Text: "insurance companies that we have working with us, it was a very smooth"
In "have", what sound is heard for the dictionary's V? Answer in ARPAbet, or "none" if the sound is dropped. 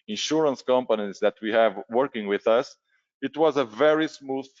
V